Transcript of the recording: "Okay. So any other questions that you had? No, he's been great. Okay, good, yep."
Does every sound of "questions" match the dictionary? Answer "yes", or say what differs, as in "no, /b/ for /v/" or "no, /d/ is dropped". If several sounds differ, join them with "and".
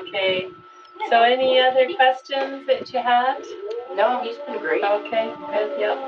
yes